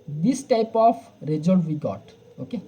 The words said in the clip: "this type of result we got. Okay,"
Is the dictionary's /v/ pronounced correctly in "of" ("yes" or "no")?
no